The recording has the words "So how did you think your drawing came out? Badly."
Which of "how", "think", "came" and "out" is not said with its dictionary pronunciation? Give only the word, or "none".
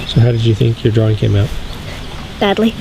none